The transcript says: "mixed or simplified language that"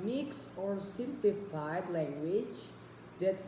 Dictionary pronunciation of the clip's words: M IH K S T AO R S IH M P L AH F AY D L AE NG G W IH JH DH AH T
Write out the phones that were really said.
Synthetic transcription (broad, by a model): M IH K S AO R S IH M P L AH F AY D L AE NG G W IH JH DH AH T